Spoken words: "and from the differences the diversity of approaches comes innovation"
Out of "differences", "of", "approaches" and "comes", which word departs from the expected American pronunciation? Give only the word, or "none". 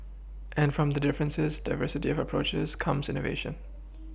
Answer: none